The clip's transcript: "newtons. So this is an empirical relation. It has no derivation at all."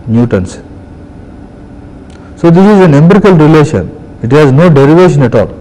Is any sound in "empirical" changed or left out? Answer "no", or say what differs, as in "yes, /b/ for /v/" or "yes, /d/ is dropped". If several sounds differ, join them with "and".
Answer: yes, /b/ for /p/